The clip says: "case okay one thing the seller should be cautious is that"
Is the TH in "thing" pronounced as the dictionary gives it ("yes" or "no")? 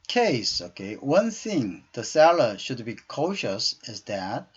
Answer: yes